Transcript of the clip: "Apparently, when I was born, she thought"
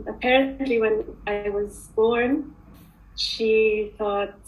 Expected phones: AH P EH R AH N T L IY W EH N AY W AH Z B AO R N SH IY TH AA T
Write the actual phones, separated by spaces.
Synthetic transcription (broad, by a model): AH P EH R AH N T L IY W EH N AY W AH Z B AO R N SH IY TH AA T